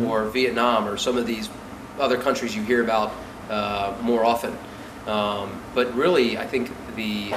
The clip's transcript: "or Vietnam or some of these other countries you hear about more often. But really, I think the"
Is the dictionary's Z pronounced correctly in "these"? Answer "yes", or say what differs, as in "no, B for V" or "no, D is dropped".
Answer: yes